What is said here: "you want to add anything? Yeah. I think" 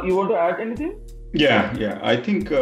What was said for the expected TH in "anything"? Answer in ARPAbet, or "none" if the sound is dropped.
T